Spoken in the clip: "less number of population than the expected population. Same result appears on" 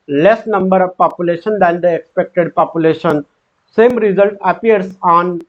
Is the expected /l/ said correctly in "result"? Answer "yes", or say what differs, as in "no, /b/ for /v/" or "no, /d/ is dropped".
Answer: yes